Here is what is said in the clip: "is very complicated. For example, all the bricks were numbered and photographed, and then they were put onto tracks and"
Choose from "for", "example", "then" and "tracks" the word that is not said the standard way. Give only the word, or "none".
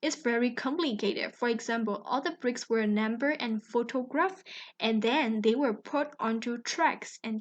none